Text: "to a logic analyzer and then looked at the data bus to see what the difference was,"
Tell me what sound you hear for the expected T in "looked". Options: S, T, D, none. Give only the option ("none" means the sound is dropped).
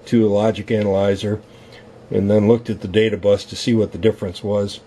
T